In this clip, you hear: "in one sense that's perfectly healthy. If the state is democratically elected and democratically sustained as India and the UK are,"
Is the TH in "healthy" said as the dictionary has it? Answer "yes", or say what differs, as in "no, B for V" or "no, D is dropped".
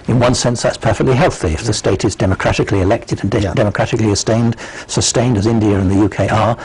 yes